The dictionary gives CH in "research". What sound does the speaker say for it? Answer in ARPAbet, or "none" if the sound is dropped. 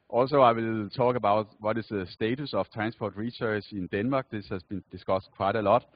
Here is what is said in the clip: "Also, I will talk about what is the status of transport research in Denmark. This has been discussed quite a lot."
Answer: S